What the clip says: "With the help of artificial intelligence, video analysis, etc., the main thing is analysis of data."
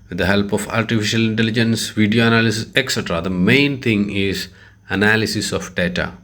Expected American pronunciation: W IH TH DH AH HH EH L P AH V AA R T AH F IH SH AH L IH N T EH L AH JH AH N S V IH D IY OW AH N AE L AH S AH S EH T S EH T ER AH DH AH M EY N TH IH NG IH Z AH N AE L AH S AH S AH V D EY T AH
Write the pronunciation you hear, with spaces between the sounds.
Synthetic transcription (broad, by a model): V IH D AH HH EH L P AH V AA R T AH F IH SH AH L IH N T EH L AH JH AH N S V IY D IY OW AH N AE L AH S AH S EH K S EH T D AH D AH M EY N T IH NG IH Z AH N AE L AH S AH S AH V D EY T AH